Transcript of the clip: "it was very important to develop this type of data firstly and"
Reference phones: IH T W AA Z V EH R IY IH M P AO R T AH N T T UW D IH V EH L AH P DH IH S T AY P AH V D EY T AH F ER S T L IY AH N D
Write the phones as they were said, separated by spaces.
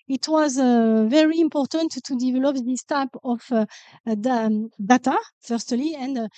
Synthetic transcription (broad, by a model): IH T W AA Z V EH R IY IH M P AO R T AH N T T UW D IH V EH L AH P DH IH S T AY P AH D D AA T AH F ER S T L IY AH N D